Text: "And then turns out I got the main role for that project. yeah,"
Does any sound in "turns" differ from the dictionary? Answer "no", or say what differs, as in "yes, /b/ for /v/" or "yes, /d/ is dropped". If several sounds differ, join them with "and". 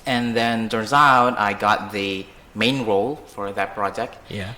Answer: yes, /n/ is dropped